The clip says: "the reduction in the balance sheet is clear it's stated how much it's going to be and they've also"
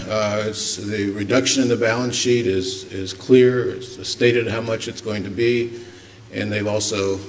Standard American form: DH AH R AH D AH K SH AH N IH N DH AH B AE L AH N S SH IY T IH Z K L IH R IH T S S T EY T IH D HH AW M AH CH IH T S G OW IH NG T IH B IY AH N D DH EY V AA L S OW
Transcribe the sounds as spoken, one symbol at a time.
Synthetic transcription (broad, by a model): DH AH R AH D AH K SH AH N IH N DH AH B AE L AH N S SH IY T IH Z K L IH R IH T S S T EY T IH D HH AW M AH CH IH T S G OW IH NG T IH B IY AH N DH EY V AA L S OW